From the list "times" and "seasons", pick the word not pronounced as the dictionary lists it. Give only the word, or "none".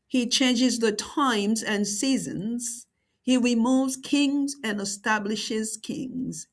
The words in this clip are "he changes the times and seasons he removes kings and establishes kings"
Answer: none